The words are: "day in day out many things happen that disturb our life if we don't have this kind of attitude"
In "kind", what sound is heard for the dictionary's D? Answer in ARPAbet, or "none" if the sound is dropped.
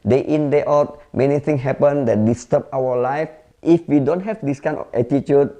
none